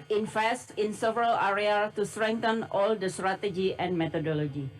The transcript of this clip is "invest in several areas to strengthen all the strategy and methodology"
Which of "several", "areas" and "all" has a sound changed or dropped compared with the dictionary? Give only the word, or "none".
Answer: areas